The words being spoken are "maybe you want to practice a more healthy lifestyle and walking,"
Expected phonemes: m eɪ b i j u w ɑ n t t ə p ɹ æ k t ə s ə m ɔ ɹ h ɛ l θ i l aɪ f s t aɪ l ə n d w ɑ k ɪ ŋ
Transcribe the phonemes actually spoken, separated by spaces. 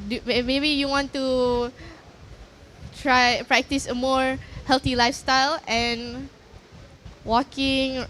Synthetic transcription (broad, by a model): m eɪ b i j u w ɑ n t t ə p ɹ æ k t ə s ə m ɔ ɹ h ɛ l t i l aɪ f s t aɪ l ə n w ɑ k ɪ ŋ